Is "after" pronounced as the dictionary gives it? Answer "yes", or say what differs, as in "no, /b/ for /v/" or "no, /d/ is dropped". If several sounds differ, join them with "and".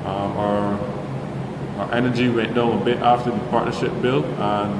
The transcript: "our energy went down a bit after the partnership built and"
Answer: yes